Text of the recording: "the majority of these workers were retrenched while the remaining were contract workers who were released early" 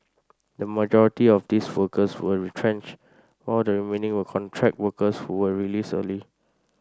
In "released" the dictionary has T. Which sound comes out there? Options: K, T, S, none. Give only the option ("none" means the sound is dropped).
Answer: none